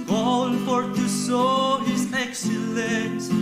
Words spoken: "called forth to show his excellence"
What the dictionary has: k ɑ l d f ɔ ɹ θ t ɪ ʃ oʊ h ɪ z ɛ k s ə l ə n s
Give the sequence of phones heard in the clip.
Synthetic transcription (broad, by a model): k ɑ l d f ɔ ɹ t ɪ s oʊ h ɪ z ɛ k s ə l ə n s